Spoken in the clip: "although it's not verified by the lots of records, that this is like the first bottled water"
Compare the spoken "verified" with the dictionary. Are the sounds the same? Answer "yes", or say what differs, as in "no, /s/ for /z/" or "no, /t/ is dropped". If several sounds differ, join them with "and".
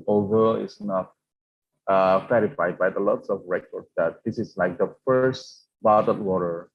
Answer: no, /f/ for /v/